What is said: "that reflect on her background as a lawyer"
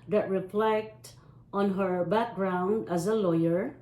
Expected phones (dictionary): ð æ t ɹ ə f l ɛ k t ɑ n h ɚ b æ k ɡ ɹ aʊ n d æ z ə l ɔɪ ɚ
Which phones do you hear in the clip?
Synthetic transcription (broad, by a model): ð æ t ɹ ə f l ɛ k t ɑ n h ɚ b æ k ɡ ɹ aʊ n d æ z ə l ɔɪ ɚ